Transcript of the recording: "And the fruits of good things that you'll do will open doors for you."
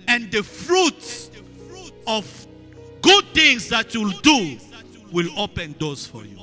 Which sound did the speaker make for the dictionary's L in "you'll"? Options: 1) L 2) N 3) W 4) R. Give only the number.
1